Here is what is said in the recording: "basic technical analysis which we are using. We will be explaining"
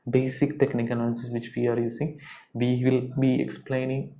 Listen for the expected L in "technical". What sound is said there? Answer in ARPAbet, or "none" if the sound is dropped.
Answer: N